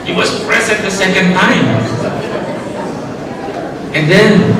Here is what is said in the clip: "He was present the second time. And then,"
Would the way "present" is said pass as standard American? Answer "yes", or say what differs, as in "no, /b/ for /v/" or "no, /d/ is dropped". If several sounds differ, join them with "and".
no, /n/ is dropped